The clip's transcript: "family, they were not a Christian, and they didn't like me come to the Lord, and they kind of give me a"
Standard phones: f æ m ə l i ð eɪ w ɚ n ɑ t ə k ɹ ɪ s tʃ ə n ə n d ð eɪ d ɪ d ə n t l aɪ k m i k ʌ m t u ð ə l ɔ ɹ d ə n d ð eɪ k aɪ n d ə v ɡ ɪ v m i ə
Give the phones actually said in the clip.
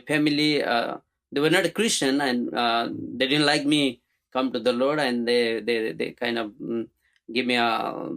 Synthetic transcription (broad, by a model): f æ m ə l i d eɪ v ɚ n ɑ t ə k ɹ ɪ s tʃ ə n ə n d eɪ d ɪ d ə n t l aɪ k m i k ʌ m t u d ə l ɔ ɹ d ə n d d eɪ k aɪ n d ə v ɡ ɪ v m i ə